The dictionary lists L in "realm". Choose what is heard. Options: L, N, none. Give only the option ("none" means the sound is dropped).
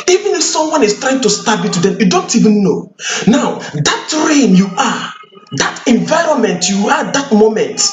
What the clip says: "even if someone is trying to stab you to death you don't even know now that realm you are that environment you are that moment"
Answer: none